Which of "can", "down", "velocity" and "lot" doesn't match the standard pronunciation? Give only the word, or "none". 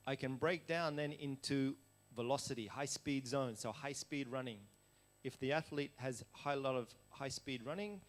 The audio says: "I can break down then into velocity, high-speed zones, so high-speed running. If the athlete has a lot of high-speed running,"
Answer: none